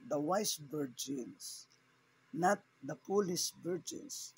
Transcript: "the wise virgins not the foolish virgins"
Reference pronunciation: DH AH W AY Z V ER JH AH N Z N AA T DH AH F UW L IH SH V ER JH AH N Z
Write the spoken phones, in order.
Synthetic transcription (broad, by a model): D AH W AY S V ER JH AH N S N AA T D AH P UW L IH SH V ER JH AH N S